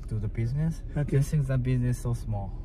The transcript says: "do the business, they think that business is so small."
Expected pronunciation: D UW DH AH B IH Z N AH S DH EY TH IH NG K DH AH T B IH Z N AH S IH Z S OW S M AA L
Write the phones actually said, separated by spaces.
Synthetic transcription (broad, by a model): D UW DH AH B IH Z N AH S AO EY S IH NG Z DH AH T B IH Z N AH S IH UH S M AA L